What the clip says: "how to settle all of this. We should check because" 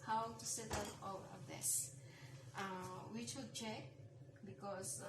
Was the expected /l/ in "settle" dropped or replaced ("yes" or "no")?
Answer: yes